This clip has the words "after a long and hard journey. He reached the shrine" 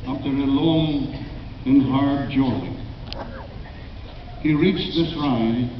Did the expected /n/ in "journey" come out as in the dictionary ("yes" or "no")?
no